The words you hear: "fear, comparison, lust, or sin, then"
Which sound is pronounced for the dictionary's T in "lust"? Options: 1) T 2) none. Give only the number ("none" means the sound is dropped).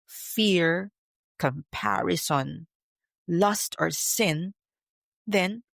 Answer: 1